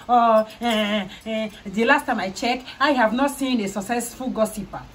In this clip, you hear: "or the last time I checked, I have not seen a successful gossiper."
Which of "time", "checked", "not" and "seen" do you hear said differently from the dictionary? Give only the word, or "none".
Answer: checked